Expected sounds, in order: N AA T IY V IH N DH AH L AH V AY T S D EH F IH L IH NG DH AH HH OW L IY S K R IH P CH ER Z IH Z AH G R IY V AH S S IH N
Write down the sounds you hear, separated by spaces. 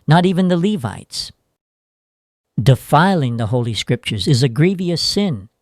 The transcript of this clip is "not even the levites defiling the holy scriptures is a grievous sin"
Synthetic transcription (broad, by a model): N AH T IY V IH N DH AH L AH V AY T S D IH F IH L IH NG DH AH HH OW L IY S K R IH P CH ER Z IH Z AH G R IY V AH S S IH N